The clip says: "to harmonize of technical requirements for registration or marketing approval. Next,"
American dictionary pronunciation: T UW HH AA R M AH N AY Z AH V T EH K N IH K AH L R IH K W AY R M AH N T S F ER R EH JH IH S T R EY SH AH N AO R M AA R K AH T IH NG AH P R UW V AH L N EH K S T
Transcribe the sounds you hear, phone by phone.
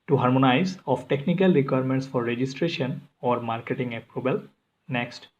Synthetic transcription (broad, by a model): T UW HH AA R M AH N AY Z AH F T EH K N IH K AH L R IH K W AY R M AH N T S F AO R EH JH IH S T R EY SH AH N AO R M AA R K AH T IH NG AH P R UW B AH L N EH K S T